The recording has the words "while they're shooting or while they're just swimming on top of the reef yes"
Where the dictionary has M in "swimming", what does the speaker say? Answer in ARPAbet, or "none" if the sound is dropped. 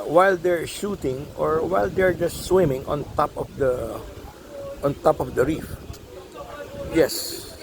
M